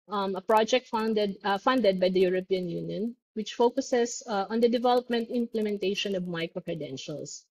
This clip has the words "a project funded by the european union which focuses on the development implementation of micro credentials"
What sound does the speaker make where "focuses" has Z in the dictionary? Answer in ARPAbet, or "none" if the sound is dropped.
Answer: S